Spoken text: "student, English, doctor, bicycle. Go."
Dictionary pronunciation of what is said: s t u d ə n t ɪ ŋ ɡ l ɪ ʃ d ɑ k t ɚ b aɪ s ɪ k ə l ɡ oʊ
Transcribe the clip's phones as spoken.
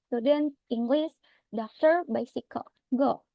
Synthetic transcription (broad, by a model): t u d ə n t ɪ ŋ ɡ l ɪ s d ɑ k t ɚ b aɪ s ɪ k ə ɡ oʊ